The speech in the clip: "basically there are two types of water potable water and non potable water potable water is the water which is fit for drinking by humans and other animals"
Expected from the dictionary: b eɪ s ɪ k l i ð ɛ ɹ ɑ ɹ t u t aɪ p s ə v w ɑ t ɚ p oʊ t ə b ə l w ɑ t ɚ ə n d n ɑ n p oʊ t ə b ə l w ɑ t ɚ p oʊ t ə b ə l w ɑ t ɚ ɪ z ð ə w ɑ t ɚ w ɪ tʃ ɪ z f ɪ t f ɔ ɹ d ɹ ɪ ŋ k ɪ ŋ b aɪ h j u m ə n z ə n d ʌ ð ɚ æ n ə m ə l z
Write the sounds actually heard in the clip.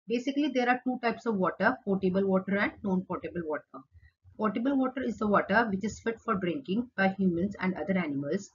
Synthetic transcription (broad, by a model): b eɪ s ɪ k l i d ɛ ɹ ɑ ɹ t u t aɪ p s ə v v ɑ t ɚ p oʊ t ə b ə l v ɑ t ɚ ə n d n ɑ n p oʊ t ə b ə l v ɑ t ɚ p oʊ t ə b ə l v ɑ t ɚ ɪ z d ə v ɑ t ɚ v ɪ tʃ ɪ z f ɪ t f ɔ ɹ d ɹ ɪ ŋ k ɪ ŋ b aɪ h j u m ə n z ə n d ʌ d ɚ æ n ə m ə l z